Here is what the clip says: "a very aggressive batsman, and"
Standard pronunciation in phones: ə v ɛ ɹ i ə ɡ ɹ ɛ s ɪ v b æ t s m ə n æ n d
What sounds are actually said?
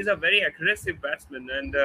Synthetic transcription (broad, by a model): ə v ɛ ɹ i ə ɡ ɹ ɛ s ɪ v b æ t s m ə n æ n d